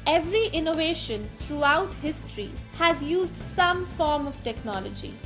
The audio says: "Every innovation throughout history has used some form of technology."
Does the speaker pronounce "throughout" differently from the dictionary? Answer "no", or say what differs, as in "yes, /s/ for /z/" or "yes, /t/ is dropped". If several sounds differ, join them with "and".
yes, /t/ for /θ/